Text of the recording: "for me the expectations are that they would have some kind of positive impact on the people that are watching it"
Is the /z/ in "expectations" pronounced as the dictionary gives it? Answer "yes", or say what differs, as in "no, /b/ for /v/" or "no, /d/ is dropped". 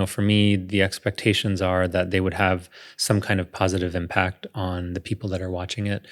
yes